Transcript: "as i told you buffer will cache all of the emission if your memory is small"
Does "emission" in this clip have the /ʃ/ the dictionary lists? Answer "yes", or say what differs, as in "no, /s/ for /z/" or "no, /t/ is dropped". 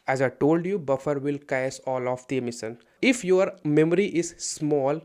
no, /s/ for /ʃ/